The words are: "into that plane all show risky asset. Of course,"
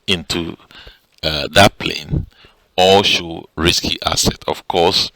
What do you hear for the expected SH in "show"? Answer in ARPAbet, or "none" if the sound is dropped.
SH